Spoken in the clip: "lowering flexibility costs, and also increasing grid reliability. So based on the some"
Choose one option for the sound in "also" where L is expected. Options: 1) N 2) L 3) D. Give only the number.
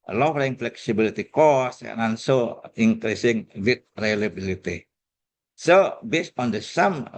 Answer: 1